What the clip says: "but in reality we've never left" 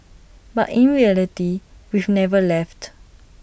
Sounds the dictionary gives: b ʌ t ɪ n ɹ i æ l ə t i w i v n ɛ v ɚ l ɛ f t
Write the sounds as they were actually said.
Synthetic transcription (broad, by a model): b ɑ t ɪ n ɹ i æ l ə t i w i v n ɛ v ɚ l ɛ f t